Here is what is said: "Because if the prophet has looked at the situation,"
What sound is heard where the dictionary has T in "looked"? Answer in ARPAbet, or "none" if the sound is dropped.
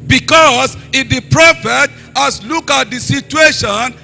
none